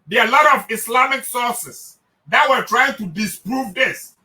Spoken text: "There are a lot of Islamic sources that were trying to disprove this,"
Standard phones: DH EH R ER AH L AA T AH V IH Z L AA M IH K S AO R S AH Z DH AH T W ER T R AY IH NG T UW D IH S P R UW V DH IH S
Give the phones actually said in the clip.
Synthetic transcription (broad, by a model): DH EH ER AH L AA T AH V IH S L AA M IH K S AO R S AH S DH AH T W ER T R AY IH NG T UW D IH S P R UW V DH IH S